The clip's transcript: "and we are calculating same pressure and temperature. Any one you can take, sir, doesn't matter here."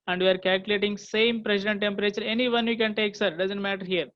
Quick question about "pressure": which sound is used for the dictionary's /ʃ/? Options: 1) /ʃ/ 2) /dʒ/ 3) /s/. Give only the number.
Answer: 3